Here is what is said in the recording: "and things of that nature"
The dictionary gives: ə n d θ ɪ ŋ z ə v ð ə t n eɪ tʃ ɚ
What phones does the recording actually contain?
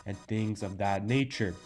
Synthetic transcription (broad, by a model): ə n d θ ɪ ŋ z ə v ð ə t n eɪ tʃ ɚ